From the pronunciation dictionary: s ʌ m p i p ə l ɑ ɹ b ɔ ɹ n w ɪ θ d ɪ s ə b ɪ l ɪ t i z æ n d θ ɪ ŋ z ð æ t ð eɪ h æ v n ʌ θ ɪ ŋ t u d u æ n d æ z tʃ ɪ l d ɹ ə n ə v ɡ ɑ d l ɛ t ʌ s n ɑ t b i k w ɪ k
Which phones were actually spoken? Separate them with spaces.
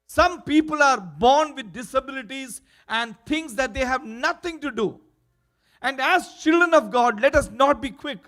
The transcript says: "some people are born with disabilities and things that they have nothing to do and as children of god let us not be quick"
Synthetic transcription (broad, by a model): s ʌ m p i p ə l ɑ ɹ b ɔ ɹ n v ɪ d ɪ s ə b ɪ l ɪ t i z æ n d t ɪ ŋ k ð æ t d eɪ h æ v n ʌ t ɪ ŋ t u d u æ n d æ z tʃ ɪ l d ɹ ə n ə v ɡ ɑ d l ɛ t ʌ s n ɑ t b i k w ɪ k